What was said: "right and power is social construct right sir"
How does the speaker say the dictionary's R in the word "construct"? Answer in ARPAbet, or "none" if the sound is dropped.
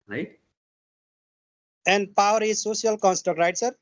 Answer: none